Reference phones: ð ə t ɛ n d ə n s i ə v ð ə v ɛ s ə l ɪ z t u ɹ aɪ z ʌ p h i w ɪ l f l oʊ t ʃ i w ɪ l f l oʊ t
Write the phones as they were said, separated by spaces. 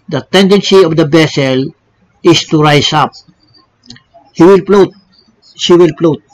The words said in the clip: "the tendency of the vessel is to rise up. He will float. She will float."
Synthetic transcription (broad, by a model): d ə t ɛ n d ə n s i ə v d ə b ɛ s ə l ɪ s t u ɹ aɪ s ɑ p h i w ɪ l p l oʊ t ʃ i w ɪ l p l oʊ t